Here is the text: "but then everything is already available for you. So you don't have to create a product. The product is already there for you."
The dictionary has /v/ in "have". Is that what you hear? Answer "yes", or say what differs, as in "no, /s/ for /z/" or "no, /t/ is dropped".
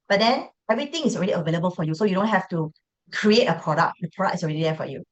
no, /f/ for /v/